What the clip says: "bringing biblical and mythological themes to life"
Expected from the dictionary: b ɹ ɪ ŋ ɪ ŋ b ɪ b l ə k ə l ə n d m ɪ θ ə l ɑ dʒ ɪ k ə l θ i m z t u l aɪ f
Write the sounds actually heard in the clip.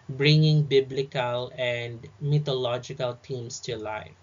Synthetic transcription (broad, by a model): b ɹ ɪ ŋ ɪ ŋ b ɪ b l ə k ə l ə n d m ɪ t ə l ɑ dʒ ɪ k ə l t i m s t u l aɪ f